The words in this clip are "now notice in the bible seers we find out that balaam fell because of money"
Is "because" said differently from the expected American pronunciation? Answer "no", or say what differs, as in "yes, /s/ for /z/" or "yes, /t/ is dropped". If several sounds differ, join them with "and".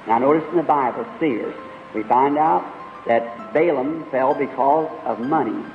no